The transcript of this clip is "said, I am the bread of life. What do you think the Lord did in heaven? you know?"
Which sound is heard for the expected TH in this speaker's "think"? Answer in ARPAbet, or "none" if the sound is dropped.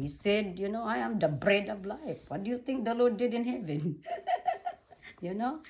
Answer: T